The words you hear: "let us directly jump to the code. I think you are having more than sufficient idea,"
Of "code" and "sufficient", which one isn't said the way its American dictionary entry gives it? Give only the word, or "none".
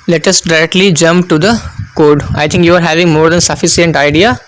sufficient